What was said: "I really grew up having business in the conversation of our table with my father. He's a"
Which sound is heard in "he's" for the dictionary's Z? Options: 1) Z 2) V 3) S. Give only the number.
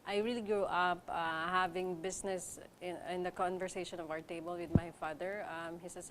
3